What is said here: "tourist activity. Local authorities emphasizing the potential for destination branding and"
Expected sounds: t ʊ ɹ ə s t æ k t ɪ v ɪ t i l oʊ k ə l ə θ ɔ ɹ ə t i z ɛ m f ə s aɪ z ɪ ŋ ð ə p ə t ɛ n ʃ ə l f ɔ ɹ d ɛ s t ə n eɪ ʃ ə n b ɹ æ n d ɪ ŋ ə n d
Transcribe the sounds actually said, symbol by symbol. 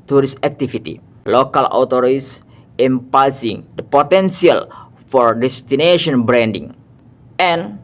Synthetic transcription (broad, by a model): t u ɹ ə s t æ k t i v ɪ t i l oʊ k ə l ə t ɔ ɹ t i s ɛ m p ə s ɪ ŋ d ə p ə t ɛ n s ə l f ɔ ɹ d ɛ s t ə n eɪ ʃ ə n b ɹ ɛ n d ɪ ŋ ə n